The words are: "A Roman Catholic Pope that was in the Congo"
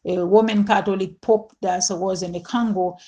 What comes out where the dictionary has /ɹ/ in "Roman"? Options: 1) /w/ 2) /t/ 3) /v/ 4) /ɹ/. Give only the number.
1